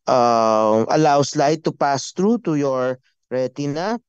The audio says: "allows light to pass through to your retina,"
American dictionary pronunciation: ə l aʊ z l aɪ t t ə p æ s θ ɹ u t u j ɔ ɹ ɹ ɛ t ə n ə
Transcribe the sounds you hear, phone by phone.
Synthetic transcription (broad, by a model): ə l aʊ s l aɪ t t ə p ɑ s t ɹ u t u j ɔ ɹ ɹ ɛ t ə n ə